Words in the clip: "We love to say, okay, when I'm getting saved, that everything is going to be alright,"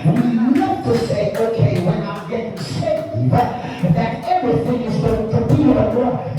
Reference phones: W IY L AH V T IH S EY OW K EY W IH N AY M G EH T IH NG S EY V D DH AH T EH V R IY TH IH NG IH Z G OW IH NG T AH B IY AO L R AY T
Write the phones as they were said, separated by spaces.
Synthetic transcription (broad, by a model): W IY N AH F T IH S EY OW K EY W IH N AY M G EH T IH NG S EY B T DH AH T EH V R IY TH IH NG IH Z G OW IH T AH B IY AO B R